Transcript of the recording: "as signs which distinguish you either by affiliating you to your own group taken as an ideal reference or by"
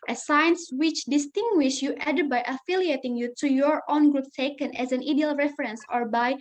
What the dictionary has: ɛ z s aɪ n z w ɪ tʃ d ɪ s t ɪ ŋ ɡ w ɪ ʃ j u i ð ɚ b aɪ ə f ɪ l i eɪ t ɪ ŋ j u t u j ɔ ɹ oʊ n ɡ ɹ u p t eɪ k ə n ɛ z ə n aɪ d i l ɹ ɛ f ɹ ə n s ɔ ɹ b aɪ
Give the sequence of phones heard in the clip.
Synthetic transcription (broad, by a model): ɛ s aɪ n s w ɪ tʃ d ɪ s t ɪ ŋ ɡ w ɪ ʃ j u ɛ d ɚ b aɪ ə f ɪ l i eɪ t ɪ ŋ j u t u j ɔ ɹ oʊ n ɡ ɹ u p t eɪ k ə n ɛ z ə n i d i l ɹ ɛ f ɹ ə n s ɔ ɹ b aɪ